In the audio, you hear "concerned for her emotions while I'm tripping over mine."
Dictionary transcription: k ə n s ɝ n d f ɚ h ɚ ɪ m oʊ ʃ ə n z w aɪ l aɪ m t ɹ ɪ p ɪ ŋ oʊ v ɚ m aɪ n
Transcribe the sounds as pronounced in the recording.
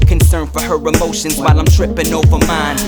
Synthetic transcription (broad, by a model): k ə n s ɝ n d f ɚ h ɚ ɪ m oʊ ʃ ə n z w aɪ l aɪ m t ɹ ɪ p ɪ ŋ oʊ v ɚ m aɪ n